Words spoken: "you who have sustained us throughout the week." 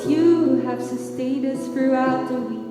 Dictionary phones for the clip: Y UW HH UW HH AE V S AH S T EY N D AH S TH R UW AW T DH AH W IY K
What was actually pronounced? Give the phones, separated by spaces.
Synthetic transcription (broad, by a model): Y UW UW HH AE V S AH S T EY D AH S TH R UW AW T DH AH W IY